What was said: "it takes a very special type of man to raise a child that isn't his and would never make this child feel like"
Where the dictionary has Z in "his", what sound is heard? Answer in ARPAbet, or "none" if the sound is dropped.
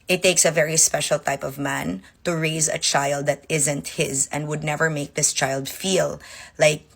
Z